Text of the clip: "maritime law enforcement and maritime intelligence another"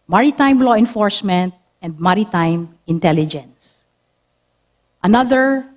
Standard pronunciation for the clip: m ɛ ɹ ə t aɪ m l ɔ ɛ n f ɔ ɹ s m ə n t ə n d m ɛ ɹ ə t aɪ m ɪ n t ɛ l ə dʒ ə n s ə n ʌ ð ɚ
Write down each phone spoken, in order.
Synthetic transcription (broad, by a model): m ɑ ɹ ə t aɪ m l ɔ ɛ n f ɔ ɹ s m ə n t ə n d m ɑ ɹ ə t aɪ m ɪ n t ɛ l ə dʒ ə n s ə n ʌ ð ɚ